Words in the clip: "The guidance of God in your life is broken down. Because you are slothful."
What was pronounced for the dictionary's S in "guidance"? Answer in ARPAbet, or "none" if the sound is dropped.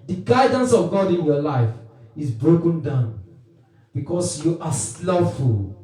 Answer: S